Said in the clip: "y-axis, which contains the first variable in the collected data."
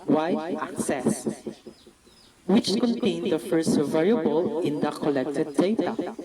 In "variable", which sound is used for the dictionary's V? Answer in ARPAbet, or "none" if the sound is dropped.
V